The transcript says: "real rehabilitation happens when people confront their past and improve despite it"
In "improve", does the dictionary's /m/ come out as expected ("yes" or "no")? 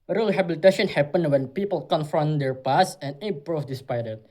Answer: no